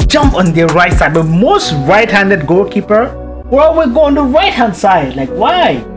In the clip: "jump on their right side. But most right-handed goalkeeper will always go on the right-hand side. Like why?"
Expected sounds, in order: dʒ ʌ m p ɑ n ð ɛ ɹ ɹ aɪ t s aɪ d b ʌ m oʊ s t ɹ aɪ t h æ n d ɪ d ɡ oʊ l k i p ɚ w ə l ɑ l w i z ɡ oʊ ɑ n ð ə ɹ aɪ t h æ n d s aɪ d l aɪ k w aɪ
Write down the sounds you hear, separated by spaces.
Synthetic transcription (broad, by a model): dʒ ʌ m p ɑ n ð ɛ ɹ ɹ aɪ t s aɪ d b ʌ m oʊ s t ɹ aɪ t h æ n d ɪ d ɡ oʊ l k i p ɚ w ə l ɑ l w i ɡ oʊ ɑ n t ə ɹ aɪ t h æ n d s aɪ d l aɪ k w aɪ